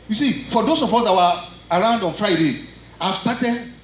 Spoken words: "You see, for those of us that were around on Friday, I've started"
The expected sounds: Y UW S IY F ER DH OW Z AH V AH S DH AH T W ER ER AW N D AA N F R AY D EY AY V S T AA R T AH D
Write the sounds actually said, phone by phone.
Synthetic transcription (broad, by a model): Y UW S IY F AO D OW S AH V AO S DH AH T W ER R AW N D AA N F R AY D EY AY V S T AA T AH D